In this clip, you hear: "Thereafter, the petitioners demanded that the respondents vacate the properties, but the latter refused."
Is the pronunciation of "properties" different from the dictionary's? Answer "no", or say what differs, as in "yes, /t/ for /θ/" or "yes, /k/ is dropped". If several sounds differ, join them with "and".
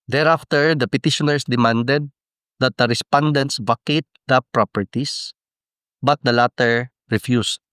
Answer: yes, /s/ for /z/